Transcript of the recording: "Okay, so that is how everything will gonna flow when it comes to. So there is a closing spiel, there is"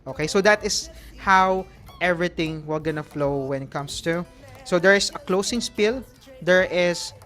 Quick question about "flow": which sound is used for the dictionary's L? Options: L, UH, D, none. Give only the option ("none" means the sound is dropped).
L